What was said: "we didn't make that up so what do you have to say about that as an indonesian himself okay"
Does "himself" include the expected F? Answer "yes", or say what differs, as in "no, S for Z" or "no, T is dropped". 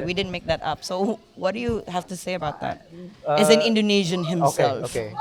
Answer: no, F is dropped